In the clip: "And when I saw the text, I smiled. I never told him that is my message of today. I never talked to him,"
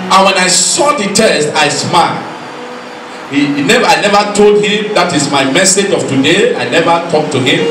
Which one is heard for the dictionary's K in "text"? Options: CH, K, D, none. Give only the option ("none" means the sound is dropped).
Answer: none